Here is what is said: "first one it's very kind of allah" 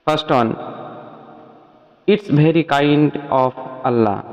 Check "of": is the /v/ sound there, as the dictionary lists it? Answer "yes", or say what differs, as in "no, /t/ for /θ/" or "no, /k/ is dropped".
no, /p/ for /v/